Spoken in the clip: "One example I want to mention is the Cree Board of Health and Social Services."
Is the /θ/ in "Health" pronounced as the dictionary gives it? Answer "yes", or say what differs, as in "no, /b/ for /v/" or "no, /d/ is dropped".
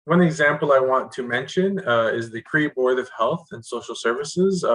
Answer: yes